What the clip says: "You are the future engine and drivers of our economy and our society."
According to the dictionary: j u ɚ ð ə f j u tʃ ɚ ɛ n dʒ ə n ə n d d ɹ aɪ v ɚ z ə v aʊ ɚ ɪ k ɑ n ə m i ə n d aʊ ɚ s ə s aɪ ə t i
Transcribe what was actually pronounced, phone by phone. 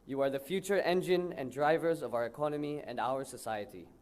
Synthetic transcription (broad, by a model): j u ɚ ð ə f j u tʃ ɚ ɛ n dʒ ə n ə n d d ɹ aɪ v ɚ z ə v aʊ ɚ ɪ k ɑ n ə m i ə n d aʊ ɚ s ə s aɪ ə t i